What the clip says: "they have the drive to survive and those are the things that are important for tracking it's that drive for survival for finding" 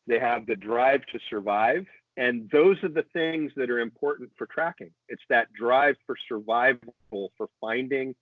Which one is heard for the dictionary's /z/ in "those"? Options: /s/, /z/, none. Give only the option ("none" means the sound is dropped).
/z/